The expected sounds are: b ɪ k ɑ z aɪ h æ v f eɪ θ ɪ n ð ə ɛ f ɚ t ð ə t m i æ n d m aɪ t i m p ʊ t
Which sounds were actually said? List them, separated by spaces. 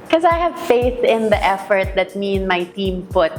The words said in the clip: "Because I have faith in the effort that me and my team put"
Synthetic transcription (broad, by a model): k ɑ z aɪ h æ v f eɪ θ ɪ n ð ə ɛ f ɚ t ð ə t m i n m aɪ t i m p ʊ t